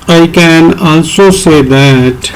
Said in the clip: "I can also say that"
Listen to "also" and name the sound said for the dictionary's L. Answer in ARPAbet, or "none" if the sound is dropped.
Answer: N